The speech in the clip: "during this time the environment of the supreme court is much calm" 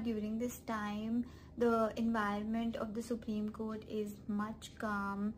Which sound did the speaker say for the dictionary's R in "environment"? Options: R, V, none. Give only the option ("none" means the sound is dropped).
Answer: R